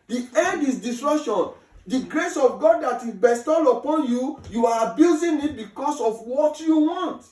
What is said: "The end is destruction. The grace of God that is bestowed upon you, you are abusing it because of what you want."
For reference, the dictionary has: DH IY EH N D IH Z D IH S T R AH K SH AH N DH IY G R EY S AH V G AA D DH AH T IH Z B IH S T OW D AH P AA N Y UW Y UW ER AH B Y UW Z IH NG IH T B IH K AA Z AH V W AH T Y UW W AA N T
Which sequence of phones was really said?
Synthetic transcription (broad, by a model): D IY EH D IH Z D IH S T R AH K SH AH N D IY G R EY S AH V G AA D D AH T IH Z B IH S T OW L AH P AA N Y UW Y UW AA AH B Y UW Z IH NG IH T B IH K AA S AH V W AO T Y UW W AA N T